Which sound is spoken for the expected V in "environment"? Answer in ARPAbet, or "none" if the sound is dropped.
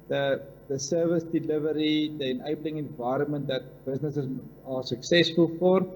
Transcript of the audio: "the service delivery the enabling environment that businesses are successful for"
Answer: V